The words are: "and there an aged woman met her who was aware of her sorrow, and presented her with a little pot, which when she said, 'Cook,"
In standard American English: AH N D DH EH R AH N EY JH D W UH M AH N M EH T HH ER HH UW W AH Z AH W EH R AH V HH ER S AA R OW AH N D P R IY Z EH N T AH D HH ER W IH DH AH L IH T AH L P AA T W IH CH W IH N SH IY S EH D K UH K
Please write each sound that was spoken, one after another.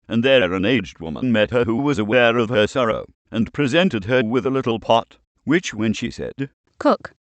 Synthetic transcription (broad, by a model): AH N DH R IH R AH N EY JH D W UH M AH N M EH T HH ER HH UW W AH Z AH W EH R AH V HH ER S AA R OW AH N P R IY Z EH N T AH D ER W IH DH AH L IH T L P AA T W IH CH W IH N SH IY S EH D K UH K